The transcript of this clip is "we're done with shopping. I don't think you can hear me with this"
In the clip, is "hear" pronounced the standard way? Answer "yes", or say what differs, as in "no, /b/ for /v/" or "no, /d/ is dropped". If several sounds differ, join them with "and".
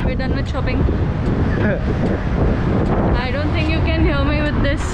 no, /l/ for /ɹ/